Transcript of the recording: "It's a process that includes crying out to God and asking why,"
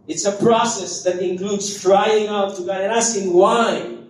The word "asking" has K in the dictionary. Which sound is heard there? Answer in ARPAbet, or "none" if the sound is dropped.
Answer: none